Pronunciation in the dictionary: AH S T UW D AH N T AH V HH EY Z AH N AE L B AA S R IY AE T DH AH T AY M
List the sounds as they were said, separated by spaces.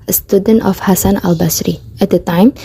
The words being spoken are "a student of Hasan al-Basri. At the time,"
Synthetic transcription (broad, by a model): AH S T UW D AH N T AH F HH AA S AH N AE L B AA S R IY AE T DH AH T AY M